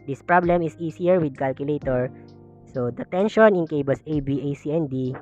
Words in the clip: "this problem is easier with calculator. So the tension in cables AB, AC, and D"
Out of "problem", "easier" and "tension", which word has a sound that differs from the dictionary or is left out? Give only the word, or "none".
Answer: easier